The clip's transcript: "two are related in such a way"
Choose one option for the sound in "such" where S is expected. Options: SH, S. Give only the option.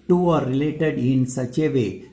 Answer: S